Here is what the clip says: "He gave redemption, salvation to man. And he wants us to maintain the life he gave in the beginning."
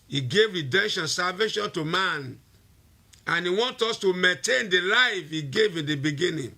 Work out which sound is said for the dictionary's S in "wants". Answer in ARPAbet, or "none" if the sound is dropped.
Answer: none